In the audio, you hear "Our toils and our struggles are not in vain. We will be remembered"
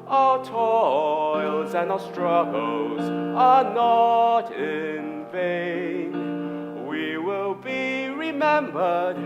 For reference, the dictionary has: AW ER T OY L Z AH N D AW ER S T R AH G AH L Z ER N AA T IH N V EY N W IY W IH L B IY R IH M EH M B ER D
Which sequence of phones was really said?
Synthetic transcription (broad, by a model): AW ER T OY L Z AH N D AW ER S T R AH G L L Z ER N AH T IH N V EY N W IY W IH L B IY R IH M EH M B ER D